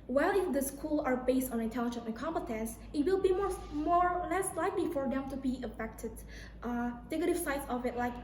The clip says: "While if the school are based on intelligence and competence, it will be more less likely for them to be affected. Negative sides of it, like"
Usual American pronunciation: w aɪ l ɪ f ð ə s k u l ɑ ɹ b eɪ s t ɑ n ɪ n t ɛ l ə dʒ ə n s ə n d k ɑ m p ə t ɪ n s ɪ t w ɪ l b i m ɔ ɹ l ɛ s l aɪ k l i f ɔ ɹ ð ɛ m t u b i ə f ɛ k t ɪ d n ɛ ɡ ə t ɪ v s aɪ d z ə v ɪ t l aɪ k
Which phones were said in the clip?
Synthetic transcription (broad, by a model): w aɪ l ɪ f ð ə s k u l ɑ ɹ b eɪ s t ɑ n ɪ n t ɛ l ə dʒ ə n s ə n k ɑ m p ə t ɪ n s ɪ t w ɪ l b i m ɔ ɹ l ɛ s l aɪ k l i f ɔ ɹ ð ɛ m t u b i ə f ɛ k t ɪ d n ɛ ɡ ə t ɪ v s aɪ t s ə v ɪ t l aɪ k